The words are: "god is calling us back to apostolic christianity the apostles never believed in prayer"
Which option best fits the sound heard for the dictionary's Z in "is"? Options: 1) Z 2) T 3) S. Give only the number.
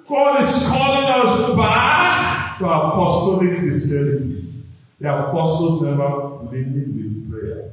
3